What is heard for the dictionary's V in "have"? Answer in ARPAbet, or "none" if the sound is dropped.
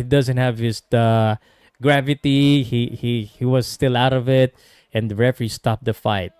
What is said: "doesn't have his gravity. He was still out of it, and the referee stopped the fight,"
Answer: V